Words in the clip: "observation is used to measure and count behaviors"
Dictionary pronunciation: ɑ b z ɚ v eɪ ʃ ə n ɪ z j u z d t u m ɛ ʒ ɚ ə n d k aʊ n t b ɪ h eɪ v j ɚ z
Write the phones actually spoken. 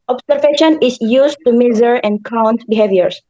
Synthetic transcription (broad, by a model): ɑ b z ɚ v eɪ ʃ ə n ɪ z j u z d t u m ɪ z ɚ ə n d k aʊ n t b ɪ h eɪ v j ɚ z